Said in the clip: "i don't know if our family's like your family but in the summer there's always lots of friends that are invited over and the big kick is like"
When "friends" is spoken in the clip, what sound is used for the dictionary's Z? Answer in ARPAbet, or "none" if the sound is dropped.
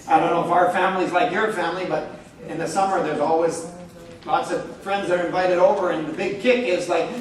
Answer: Z